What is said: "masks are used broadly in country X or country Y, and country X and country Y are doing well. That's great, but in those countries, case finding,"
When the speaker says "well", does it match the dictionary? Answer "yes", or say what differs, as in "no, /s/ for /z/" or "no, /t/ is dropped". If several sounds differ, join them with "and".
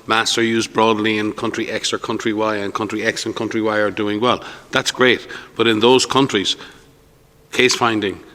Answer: yes